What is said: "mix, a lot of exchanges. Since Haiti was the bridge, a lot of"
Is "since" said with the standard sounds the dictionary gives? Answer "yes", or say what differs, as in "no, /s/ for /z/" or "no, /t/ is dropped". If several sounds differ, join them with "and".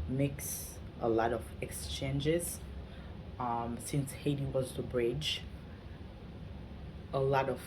yes